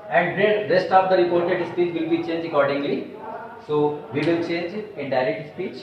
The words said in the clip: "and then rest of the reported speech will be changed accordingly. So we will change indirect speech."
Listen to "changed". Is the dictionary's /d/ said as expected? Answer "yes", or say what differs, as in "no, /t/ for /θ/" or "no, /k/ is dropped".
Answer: no, /d/ is dropped